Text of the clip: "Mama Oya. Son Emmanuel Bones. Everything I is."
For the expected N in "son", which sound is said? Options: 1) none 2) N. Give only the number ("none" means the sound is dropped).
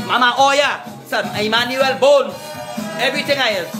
1